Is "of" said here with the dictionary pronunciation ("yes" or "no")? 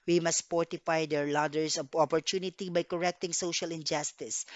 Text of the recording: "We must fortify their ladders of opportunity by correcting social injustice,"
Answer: no